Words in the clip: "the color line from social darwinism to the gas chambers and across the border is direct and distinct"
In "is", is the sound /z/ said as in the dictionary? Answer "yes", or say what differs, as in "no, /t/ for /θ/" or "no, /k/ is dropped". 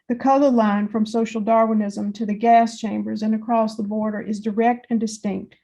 yes